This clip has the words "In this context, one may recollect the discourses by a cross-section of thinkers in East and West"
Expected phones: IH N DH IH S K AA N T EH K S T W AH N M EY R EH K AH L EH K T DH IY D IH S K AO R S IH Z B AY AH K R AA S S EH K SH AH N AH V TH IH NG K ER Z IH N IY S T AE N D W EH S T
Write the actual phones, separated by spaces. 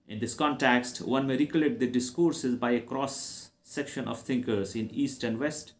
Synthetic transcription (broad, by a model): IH N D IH S K AA N T EH K S T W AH N M EY R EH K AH L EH T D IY D IH S K AO R S IH Z B AY AH K R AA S S EH K SH AH N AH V T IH NG K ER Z IH N IY S T AE N D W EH S T